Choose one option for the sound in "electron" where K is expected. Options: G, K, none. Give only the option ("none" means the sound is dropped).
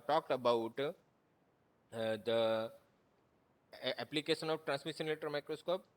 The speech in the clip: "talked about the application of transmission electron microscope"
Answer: none